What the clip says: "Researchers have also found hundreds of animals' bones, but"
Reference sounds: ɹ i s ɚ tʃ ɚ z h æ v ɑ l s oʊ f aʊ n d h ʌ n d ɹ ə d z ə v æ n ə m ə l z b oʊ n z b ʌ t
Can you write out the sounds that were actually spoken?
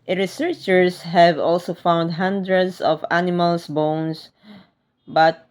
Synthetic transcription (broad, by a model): ɹ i s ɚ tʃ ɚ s h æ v ɑ l s oʊ f aʊ n d h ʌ n d ɹ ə d s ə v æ n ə m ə l s b oʊ n s b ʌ t